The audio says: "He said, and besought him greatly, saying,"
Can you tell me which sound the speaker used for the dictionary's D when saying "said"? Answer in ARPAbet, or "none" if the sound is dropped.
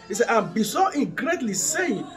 none